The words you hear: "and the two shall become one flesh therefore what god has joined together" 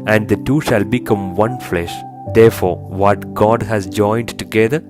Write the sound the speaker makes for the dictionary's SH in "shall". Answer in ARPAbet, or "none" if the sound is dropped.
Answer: SH